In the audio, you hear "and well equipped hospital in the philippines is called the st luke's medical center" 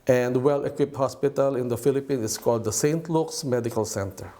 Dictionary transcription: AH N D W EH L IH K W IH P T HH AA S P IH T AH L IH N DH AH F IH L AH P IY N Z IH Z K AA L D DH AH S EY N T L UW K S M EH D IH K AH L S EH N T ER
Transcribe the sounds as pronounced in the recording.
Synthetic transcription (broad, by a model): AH N D W EH L IH K W IH P T HH AA S P IH T AH L IH N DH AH F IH L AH P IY N IH S K AA L D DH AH S EY N T L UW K S M EH D IH K AH L S EH N T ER